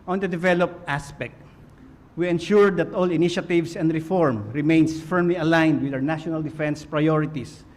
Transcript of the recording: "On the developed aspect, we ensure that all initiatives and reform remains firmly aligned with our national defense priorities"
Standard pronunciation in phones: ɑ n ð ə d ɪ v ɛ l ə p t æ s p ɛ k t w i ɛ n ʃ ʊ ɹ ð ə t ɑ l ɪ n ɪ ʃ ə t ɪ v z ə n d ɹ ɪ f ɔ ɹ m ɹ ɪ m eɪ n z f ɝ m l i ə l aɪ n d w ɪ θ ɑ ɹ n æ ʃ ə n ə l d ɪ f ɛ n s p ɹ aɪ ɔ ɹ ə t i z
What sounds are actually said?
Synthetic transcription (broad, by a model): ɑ n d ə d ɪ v ɛ l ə p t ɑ s p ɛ k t w i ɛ n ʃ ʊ ɹ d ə t ɑ l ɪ n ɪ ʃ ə t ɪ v s ə n d ɹ ɪ f ɔ ɹ m ɹ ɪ m eɪ n s f ɝ m l i ə l aɪ n d w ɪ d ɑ w n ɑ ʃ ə n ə l d ɪ f ɛ n s p ɹ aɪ ɔ ɹ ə t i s